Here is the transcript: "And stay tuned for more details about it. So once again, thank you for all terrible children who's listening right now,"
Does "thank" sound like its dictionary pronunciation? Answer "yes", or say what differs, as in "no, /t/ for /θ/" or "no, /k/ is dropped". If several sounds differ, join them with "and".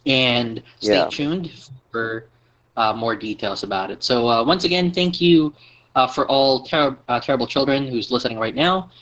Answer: yes